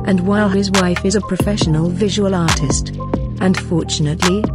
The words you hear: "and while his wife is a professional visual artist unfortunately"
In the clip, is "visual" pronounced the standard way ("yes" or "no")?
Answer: yes